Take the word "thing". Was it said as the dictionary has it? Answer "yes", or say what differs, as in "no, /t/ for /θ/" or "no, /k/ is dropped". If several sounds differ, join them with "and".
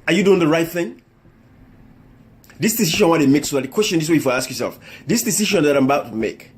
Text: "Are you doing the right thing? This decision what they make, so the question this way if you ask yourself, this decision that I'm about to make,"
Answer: yes